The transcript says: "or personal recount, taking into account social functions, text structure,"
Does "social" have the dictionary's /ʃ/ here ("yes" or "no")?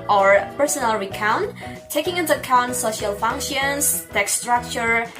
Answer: yes